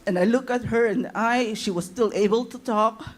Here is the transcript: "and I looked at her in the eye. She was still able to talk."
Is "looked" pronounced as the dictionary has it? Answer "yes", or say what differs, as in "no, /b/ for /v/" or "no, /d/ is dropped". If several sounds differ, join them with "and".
no, /t/ is dropped